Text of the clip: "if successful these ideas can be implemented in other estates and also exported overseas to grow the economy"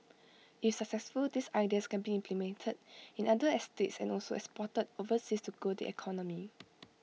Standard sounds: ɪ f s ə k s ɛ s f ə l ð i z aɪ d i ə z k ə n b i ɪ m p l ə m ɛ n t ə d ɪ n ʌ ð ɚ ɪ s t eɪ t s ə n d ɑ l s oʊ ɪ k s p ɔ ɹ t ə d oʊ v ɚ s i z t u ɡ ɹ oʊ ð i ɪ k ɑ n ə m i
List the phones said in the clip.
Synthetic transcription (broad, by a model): ɪ f s ə k s ɛ s f ə l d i s aɪ d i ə s k ə n b i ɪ m p l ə m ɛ n t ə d ɪ n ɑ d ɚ ɪ s t eɪ t s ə n ɑ l s oʊ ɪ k s p ɔ t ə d oʊ v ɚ s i s t u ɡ oʊ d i ɪ k ɑ n ə m i